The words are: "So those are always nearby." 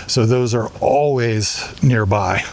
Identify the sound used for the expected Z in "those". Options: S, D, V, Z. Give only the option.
Z